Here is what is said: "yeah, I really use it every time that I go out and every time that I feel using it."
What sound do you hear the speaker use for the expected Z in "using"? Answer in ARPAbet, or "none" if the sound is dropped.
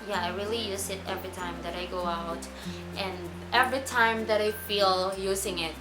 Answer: Z